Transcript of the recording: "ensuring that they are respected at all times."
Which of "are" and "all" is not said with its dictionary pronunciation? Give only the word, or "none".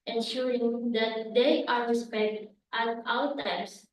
all